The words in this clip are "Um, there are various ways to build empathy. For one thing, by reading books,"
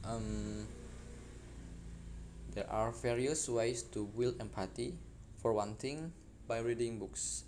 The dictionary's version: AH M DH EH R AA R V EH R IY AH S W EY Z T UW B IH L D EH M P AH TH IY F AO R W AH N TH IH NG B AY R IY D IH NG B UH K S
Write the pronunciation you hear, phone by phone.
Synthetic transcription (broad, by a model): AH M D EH R AA R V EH R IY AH S W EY S T UW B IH L EH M P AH T IY F AO R W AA N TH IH NG B AY R IY D IH NG B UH K S